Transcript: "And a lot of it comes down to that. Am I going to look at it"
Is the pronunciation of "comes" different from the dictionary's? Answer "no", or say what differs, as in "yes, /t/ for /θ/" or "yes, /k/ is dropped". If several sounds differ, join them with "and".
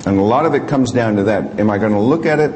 no